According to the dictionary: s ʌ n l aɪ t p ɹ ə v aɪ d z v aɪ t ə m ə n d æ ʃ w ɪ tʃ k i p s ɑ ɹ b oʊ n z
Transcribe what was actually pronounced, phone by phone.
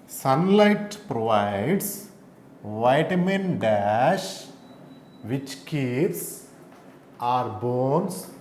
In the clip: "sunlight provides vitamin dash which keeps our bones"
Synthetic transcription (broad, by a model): s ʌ n l aɪ t p ɹ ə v aɪ d s v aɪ t m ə n d æ ʃ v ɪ tʃ k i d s ɑ ɹ b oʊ n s